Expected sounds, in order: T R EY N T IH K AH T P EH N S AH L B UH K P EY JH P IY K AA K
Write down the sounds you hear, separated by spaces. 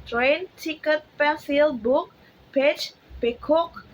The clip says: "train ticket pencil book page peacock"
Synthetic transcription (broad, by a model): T R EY N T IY K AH T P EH S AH L B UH K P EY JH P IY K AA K